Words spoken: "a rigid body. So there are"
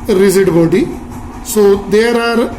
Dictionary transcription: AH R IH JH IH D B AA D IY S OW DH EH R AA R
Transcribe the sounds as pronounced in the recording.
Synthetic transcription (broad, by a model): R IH Z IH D B AA D IY S OW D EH R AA R